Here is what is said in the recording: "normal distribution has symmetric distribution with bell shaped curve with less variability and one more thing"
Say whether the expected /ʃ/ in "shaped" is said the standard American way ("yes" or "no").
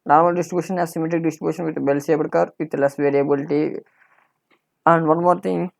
no